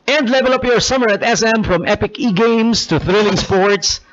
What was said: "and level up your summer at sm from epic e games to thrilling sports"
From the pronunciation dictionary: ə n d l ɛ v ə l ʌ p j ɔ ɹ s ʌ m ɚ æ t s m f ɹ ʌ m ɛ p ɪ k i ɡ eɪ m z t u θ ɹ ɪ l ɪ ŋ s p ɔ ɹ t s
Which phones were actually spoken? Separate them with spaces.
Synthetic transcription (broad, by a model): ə n d l ɛ v ə l ʌ p j ɔ ɹ s ʌ m ɚ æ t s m f ɹ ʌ m ɛ p ɪ k i ɡ eɪ m s t u θ ɹ ɪ l ɪ ŋ s p ɔ ɹ t s